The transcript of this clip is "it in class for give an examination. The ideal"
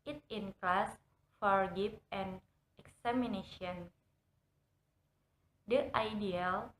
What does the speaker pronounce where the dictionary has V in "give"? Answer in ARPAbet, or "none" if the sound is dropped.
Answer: P